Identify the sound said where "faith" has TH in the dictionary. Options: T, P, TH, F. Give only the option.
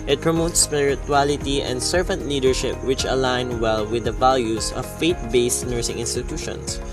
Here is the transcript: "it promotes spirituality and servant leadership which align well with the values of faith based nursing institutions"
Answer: T